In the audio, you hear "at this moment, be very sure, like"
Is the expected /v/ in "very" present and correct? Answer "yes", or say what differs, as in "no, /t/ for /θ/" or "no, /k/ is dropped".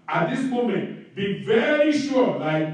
yes